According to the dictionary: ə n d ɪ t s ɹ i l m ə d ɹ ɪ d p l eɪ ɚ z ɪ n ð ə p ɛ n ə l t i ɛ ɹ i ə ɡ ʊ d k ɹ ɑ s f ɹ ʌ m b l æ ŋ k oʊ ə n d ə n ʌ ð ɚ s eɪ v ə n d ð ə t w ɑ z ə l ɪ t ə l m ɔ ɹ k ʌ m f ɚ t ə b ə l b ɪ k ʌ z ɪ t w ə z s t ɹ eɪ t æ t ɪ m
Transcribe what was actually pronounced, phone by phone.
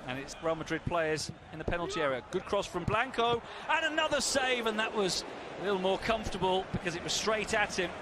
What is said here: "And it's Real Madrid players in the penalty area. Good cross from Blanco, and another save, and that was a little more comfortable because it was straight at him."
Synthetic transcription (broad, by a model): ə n ɪ t s ɹ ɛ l m ə d ɹ ɪ d p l eɪ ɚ z ɪ n ð ə p ɛ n l t i ɛ ɹ i ə ɡ ʊ d k ɹ ɑ s f ɹ ʌ m b l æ ŋ k oʊ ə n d ə n ʌ ð ɚ s eɪ v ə n ð ə t w ɑ z ə l ɪ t l m ɔ ɹ k ʌ m f t ə b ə l b ɪ k ʌ z ɪ t w ə z s t ɹ eɪ t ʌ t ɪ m